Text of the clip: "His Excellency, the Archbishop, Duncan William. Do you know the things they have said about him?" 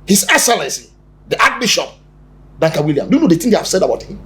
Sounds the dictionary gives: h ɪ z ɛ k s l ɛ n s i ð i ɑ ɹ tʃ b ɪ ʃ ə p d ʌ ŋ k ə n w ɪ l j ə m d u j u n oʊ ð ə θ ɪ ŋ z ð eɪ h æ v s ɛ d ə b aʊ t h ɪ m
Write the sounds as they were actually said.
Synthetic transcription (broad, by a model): h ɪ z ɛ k s l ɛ n s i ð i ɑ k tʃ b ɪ ʃ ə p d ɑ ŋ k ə w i l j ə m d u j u n oʊ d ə t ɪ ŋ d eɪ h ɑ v s ɛ d ə b aʊ t h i m